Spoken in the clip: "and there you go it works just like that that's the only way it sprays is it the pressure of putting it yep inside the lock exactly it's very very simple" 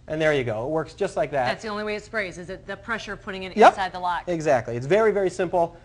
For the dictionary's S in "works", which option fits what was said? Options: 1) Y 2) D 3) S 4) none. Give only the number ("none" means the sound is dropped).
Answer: 3